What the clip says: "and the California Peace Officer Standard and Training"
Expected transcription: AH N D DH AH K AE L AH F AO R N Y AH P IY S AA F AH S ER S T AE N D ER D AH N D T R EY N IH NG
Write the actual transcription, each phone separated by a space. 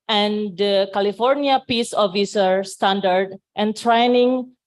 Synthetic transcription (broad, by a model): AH N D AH K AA L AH F AO R N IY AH P IY S AA F AH S ER S T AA N D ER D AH N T R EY N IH NG